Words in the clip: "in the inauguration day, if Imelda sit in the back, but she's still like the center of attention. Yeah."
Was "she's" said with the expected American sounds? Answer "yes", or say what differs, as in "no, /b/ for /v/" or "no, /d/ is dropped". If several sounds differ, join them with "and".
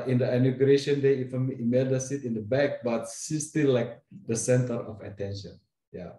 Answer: no, /s/ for /ʃ/